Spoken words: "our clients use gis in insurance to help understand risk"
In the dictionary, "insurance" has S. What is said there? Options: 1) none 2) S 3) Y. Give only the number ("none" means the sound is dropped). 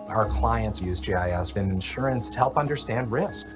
2